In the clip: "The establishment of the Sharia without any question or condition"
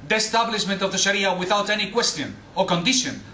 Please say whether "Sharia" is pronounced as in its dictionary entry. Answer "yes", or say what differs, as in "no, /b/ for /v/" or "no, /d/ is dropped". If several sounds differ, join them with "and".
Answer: yes